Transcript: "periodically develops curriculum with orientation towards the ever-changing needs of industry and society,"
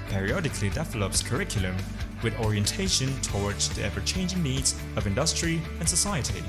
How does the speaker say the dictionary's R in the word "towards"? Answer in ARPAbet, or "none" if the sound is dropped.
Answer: R